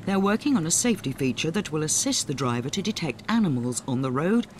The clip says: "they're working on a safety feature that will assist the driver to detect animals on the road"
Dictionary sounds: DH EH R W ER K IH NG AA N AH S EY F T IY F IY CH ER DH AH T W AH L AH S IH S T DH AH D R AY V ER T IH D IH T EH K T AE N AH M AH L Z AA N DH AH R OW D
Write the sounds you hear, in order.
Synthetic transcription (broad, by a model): DH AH R W ER K IH NG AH N AH S EY F T IY F IY CH ER DH AH T W AH L AH S IH S T DH AH D R AY V ER T IH D IH T EH K T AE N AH M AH L Z N DH AH R OW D